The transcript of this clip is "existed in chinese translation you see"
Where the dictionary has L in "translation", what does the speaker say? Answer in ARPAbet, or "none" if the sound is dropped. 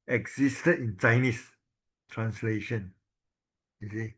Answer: L